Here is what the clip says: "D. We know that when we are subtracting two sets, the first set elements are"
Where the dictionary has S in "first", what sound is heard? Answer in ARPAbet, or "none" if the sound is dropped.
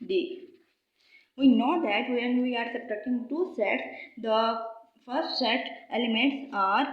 S